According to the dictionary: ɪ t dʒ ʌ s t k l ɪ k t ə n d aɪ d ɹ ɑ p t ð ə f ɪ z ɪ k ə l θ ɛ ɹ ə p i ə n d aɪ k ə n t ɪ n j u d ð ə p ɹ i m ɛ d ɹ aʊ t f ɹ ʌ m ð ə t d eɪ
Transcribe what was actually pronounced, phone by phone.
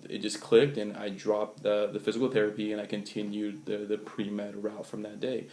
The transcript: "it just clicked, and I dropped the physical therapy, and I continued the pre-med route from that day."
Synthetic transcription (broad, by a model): ɪ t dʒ ʌ s k l ɪ k t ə n aɪ d ɹ ɑ p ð ð ə f ɪ z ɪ k l θ ɛ ɹ ə p i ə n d aɪ k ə n t ɪ n j u d ð ə p ɹ i m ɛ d ɹ aʊ t f ɹ ʌ m ð ə t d eɪ